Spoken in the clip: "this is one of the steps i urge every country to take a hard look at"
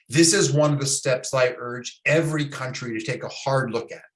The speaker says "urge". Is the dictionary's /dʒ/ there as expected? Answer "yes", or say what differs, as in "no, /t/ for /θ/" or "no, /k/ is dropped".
yes